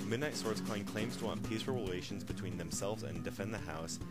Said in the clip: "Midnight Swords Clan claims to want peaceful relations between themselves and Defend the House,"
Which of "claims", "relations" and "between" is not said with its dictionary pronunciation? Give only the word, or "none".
none